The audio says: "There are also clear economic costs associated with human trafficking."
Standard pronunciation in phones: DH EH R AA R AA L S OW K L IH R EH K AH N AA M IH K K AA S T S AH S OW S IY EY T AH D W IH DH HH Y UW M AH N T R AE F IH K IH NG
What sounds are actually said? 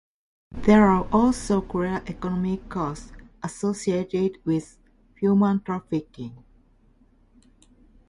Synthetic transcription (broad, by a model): DH EH R AA R AA L S OW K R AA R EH K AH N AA M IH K K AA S S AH S OW S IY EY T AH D W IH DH HH Y UW M AH N T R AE F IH K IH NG